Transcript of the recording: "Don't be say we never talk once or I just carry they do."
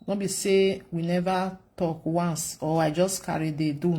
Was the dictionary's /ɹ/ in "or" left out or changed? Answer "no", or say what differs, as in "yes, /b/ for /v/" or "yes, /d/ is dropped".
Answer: yes, /w/ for /ɹ/